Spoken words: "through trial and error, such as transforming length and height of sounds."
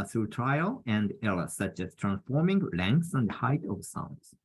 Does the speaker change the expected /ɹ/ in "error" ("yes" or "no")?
yes